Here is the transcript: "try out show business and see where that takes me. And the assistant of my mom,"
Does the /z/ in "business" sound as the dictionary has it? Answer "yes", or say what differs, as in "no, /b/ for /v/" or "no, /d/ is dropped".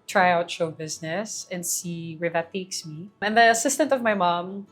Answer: yes